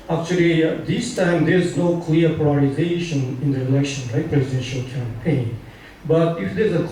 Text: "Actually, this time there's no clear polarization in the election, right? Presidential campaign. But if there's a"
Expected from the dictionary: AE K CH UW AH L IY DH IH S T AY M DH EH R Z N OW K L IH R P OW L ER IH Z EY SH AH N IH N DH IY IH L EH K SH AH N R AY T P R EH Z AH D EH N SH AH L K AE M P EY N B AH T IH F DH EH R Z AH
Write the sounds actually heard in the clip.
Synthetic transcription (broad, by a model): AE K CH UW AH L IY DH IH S T AY M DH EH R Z N OW K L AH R P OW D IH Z EY SH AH N IH N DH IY IH L EH K SH AH N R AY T P R EH Z AH D EH N SH AH L K AE M P EY N B AH T IH F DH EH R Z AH